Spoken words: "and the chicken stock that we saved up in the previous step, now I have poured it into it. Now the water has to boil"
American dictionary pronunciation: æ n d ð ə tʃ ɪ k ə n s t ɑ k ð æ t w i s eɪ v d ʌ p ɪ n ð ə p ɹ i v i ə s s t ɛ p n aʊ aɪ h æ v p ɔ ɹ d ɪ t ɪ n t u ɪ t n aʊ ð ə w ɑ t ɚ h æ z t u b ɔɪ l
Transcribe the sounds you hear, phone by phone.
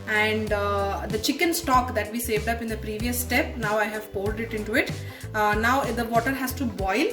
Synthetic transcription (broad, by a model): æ n d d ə tʃ ɪ k ə n s t ɑ k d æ t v i s eɪ v d ʌ p ɪ n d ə p ɹ i v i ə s s t ɛ p n aʊ aɪ h æ v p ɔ l d ɪ t ɪ n t u ɪ t n aʊ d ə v ɑ t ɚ h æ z t u b ɔɪ l